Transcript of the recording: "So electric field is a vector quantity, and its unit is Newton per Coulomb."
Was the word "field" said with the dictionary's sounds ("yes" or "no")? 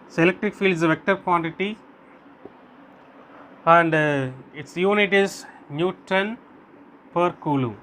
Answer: yes